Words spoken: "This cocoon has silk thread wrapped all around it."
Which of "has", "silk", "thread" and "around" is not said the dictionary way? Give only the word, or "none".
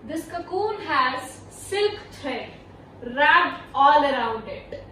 thread